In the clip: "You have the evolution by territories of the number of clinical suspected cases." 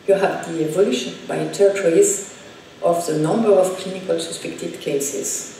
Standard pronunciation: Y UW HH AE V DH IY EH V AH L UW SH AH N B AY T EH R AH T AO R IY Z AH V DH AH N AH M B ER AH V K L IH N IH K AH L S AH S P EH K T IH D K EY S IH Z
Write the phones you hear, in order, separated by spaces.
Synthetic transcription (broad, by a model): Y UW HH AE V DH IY EH V AH L UW SH AH N B AY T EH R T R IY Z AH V DH AH N AH M B ER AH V K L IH N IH K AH L S AH S P EH K T IH D K EY S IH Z